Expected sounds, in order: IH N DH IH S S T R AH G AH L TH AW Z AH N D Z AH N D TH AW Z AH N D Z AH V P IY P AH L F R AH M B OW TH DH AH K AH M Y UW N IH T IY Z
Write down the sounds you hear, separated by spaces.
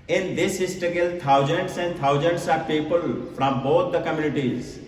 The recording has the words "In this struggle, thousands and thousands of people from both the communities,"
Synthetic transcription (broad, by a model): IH N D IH S S T AH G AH L T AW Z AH N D S AH N D T AW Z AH N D S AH P IY P AH L F R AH M B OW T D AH K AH M Y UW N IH T IY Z